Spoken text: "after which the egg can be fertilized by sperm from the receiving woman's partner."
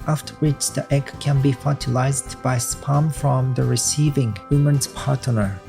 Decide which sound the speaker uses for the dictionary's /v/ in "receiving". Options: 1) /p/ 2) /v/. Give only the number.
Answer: 2